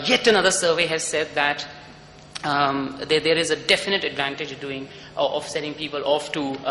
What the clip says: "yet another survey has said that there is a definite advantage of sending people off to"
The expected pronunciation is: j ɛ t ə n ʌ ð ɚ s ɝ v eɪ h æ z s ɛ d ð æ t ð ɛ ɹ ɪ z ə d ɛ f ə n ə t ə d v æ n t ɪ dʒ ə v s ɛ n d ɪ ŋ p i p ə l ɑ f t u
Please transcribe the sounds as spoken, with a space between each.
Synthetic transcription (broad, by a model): j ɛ t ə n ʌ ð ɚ s ɝ v eɪ h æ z s ɛ d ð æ t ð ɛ ɹ ɪ z ə d ɛ f ə n ə t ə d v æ n t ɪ dʒ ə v s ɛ d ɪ ŋ p i p ə l ɑ f t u